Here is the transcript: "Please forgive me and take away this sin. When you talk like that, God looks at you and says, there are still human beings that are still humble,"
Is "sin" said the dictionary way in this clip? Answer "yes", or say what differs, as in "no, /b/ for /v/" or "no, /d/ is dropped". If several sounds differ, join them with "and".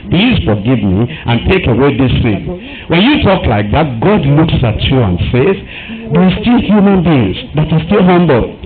no, /θ/ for /s/